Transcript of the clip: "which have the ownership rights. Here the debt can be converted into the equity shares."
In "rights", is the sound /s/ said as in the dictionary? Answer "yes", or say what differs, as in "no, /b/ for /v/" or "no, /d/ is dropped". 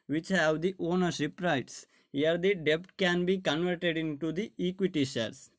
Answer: yes